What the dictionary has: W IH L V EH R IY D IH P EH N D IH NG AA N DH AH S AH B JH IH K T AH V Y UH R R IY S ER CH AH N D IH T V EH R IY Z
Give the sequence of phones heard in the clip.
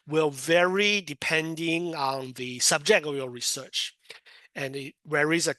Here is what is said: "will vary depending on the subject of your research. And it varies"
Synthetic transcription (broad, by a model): W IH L V EH R IY D IH P EH N D IH NG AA N DH AH S AH B JH IH K T AH V Y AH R R IY S ER CH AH N IH T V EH R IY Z